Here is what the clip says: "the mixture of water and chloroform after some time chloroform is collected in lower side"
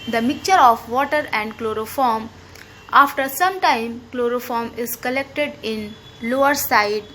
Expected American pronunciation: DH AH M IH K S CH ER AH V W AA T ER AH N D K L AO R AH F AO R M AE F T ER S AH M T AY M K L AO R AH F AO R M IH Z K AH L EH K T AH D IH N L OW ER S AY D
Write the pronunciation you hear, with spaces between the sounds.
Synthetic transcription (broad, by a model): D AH M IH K CH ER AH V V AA T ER AH N D K L AO R AH F AO R M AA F T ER S AH M T AY M K L AO R AH F AO R M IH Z K AH L EH K T AH D IH N L OW ER S AY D